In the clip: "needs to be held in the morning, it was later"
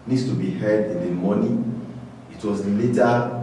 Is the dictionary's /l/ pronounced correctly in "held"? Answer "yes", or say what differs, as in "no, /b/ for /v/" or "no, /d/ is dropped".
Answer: no, /l/ is dropped